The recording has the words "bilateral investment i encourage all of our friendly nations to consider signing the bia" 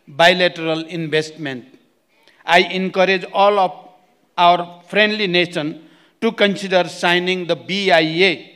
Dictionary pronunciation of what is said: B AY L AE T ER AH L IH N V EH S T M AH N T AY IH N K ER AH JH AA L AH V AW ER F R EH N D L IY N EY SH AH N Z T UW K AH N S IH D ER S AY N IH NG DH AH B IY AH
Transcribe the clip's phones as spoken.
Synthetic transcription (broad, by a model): B AY L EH T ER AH L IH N B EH S T M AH N T AY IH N K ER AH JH AA L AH P AW ER P R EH N D L IY N EY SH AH N T UW K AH N S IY D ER S AY N IH NG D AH B IY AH